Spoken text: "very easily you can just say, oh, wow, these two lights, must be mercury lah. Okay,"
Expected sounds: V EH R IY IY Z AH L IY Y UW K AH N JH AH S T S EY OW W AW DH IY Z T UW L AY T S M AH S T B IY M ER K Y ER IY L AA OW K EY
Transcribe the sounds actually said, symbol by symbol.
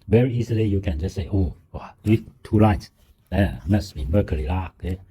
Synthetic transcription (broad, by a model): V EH R IY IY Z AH L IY Y UW K AH N JH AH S S EY OW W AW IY T UW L AY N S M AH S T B IY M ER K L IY L AA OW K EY